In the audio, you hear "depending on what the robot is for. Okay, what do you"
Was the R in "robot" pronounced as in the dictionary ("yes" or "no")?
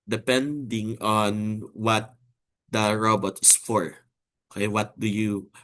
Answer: yes